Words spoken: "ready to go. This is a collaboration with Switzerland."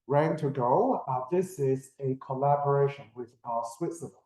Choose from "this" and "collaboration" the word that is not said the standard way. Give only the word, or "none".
none